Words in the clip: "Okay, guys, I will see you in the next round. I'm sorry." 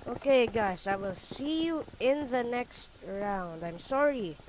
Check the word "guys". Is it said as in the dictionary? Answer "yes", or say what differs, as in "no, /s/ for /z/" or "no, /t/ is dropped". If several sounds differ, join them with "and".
no, /s/ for /z/